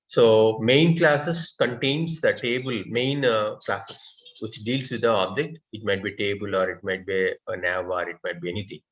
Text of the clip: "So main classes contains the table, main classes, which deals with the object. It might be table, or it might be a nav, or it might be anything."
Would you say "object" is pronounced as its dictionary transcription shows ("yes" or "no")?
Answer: yes